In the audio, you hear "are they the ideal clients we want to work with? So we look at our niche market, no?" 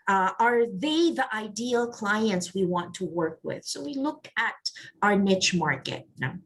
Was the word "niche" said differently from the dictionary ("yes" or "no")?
no